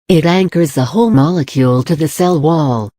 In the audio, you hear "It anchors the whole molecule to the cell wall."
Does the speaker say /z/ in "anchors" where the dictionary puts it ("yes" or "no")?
yes